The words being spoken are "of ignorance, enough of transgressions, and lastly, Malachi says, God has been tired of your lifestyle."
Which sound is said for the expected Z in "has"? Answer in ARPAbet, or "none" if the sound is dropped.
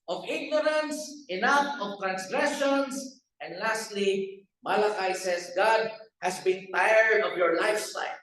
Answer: S